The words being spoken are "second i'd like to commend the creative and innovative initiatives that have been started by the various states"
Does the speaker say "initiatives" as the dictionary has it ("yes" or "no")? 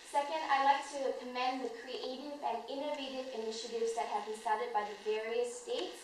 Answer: yes